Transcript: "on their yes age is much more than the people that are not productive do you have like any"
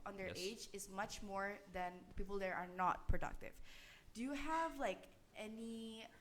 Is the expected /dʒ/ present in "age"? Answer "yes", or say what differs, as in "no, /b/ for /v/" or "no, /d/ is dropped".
yes